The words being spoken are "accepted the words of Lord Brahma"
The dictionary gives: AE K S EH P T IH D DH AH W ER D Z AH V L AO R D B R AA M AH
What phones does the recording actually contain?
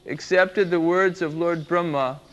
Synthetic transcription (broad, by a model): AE K S EH P T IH D DH AH W ER D Z AH V L AO R D B R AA M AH